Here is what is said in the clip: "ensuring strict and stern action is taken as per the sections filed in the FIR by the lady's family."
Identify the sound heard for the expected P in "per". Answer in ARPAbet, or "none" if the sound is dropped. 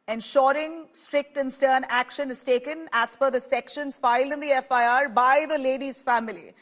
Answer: F